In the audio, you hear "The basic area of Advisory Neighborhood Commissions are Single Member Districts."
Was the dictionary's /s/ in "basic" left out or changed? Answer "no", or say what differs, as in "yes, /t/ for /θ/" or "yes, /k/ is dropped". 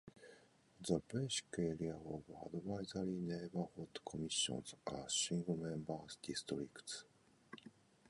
yes, /ʃ/ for /s/